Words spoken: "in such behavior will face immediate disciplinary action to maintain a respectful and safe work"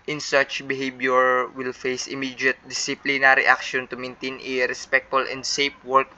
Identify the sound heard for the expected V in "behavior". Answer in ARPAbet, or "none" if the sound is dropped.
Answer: B